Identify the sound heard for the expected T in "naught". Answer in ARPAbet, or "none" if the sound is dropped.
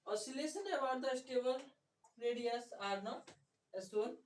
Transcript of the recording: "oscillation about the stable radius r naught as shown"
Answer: none